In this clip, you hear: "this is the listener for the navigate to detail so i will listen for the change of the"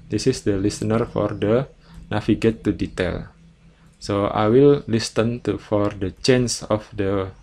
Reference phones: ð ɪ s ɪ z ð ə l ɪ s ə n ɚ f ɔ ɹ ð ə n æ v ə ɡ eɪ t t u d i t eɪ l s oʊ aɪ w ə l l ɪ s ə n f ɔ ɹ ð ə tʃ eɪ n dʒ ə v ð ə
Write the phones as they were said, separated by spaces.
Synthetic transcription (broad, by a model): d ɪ s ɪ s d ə l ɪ s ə n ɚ f ɔ ɹ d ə n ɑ f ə ɡ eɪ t t u d i t eɪ l s oʊ aɪ w ə l l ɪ s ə n f ɔ ɹ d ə tʃ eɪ n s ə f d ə